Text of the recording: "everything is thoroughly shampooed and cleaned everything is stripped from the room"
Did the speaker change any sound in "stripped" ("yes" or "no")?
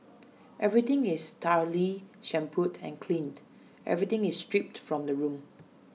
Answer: no